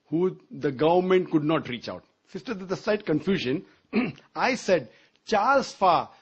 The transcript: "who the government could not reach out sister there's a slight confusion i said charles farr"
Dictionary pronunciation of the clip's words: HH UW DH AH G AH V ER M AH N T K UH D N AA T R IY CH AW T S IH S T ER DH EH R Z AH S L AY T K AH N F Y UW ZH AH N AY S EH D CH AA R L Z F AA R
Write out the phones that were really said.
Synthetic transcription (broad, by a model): HH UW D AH G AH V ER M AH N T K UH D N AA T R IY CH AW T S IH S T ER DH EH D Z AH S L AY T K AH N F Y UW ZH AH N AY S EH D CH AA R L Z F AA